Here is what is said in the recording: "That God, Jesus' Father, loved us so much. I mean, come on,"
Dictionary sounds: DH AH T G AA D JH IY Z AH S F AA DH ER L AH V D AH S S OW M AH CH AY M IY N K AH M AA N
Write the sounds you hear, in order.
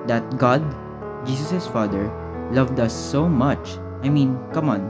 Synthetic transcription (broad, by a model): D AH T G AA D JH IY S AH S F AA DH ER L AH V D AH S S OW M AH CH AY M IY N K AH M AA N